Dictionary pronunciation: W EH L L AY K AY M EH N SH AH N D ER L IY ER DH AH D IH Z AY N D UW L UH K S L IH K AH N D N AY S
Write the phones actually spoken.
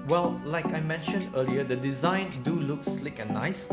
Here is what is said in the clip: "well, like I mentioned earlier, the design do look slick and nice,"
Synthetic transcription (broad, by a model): W EH L L AY K AY M EH N SH AH N D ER L IY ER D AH D IH Z AY N D UW L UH K S L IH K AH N N AY S